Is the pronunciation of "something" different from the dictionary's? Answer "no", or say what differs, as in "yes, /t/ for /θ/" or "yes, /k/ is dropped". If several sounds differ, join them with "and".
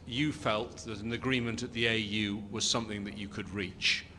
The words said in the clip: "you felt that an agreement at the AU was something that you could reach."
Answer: no